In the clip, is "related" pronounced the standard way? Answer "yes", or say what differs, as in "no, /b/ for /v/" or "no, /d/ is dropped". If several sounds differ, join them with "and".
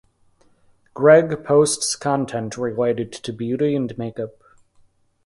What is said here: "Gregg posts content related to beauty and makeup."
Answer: no, /w/ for /l/